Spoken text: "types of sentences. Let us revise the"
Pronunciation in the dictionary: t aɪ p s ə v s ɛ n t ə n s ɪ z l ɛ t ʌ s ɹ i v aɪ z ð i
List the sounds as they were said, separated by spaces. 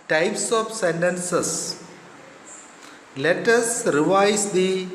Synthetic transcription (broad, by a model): t aɪ p s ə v s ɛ n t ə n s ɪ s l ɛ t ʌ s ɹ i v aɪ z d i